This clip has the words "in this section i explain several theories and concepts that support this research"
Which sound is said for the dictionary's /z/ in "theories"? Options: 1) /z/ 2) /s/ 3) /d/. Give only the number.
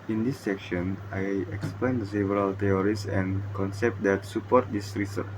2